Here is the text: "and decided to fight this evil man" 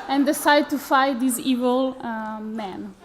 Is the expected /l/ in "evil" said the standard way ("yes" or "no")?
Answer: yes